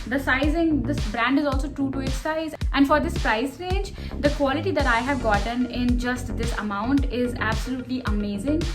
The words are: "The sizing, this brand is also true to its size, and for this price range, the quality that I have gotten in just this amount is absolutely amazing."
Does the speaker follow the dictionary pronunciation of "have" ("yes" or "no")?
yes